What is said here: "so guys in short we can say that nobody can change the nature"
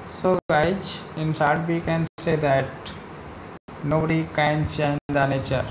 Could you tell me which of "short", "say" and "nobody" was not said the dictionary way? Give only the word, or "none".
short